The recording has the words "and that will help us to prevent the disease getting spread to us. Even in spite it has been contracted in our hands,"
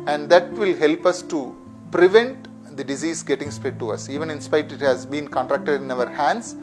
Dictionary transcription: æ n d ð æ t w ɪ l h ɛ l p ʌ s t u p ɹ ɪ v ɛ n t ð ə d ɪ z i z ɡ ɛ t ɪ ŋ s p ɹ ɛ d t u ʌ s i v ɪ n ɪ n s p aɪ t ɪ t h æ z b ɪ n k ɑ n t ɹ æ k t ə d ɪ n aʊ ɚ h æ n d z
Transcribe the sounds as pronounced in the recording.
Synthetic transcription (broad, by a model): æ n d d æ t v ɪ l h ɛ l p ʌ s t u p ɹ ɪ v ɛ n t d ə d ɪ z i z ɡ ɛ t ɪ ŋ s p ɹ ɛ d t u ʌ s i v ɪ n ɪ n s p aɪ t ɪ t h æ z b ɪ n k ɑ n t ɹ æ k t ə d ɪ n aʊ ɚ h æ n d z